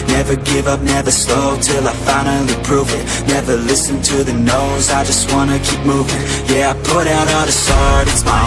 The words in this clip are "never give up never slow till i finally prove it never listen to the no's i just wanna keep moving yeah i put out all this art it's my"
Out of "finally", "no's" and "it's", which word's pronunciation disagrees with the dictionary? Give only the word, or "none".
finally